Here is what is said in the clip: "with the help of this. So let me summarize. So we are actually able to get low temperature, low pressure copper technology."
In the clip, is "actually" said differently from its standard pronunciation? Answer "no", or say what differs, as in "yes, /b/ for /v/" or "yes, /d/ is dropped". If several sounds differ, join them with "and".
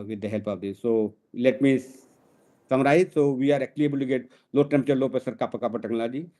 yes, /tʃ/ is dropped